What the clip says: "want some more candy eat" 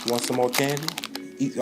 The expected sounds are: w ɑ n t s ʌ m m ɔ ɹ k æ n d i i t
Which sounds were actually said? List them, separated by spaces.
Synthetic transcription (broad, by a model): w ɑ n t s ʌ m m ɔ l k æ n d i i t